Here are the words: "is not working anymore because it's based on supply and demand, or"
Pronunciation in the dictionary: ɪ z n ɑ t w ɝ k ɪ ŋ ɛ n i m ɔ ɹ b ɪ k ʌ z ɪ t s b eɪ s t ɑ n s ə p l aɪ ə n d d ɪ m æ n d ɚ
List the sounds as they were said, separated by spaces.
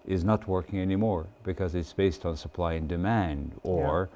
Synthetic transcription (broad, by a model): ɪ z n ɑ t w ɝ k ɪ ŋ ɛ n i m ɔ ɹ b ɪ k ʌ z ɪ t s b eɪ s t n s ə p l aɪ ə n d d ɪ m æ n d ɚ